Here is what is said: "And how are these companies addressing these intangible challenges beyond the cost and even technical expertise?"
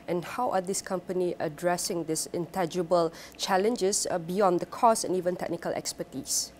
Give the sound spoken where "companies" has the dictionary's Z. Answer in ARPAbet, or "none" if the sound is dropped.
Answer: none